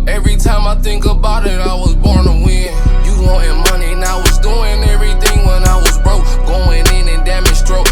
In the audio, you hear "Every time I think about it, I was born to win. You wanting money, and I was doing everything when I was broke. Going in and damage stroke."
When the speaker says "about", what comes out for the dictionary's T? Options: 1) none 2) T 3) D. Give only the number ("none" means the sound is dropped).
2